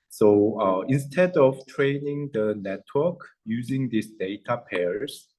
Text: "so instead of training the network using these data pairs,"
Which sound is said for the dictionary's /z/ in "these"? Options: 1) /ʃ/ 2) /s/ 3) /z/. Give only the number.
2